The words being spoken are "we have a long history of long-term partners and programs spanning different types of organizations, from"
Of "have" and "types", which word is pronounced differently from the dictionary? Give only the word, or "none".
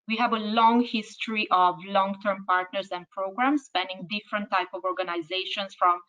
types